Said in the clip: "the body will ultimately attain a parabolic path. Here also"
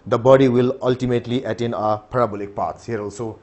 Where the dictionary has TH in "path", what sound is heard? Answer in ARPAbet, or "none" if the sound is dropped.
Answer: S